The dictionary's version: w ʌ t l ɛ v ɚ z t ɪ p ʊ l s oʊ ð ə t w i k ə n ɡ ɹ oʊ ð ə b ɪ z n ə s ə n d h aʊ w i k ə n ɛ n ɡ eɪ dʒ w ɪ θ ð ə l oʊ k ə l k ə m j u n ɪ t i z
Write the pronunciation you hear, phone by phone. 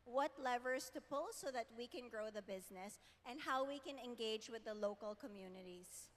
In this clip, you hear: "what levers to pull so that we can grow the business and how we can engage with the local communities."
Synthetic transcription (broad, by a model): w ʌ t l ɛ v ɚ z t ɪ p ʊ l s oʊ ð ə t w i k ə n ɡ ɹ oʊ ð ə b ɪ z n ə s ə n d h aʊ w i k ə n ɛ n ɡ eɪ dʒ w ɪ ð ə l oʊ k ə l k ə m j u n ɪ t i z